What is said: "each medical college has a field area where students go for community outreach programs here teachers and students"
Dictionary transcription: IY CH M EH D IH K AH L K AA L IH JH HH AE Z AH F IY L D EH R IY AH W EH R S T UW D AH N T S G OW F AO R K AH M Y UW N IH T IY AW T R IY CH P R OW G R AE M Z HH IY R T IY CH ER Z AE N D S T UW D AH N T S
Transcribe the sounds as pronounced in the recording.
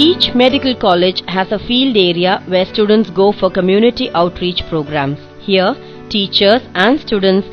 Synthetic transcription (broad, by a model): IY CH M EH D IH K AH L K AA L IH JH HH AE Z AH F IY L D EH R IY AH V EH R S T UW D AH N T S G OW F AO R K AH M Y UW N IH T IY AW T R IY CH P R OW G R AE M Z HH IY R T IY CH ER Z AE N D S T UW D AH N T S